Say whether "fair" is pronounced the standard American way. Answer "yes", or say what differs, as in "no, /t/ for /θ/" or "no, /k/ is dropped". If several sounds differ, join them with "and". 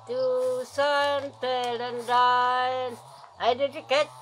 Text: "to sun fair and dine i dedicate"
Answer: no, /p/ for /f/ and /l/ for /ɹ/